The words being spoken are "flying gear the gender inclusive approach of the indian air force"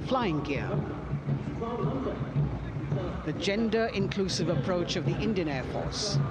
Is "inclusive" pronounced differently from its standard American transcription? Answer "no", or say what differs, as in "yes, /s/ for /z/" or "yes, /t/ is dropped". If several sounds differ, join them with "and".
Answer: no